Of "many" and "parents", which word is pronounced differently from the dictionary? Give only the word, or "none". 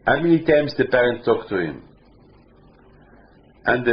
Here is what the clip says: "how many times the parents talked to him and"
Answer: parents